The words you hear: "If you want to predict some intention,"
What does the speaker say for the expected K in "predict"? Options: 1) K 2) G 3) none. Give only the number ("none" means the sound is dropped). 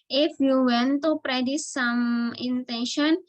3